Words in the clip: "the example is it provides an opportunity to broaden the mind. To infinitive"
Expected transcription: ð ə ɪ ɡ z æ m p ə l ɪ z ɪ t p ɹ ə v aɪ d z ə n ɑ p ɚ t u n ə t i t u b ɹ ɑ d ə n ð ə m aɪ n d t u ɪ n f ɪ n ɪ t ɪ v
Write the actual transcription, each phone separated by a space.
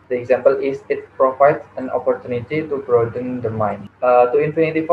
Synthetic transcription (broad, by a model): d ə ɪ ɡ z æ m p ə l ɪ s ɪ t p ɹ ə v aɪ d s ə n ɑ p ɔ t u n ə t i t u b ɹ ɑ d ə n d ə m aɪ n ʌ t u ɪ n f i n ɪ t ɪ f